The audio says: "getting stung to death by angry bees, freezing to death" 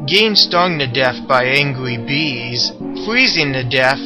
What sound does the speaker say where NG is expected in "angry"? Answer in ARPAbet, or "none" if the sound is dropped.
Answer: NG